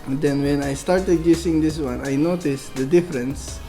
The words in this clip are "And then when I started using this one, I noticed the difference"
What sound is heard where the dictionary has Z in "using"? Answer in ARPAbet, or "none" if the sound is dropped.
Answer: S